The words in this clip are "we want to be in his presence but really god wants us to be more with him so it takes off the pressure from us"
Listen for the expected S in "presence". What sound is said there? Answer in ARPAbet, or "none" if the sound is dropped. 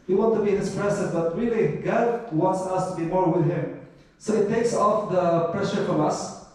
none